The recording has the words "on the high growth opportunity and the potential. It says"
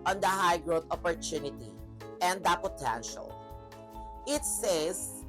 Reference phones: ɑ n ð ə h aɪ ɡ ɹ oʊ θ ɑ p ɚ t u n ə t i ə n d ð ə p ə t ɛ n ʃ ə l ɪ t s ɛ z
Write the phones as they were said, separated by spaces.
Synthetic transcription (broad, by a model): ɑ n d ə h aɪ ɡ ɹ oʊ t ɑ p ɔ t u n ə t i ə n d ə p ə t ɛ n ʃ ə l ɪ t s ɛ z